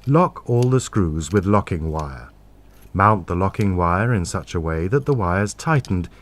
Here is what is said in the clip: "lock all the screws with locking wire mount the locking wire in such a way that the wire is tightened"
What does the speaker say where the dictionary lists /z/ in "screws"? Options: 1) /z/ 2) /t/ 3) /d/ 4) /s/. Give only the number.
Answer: 1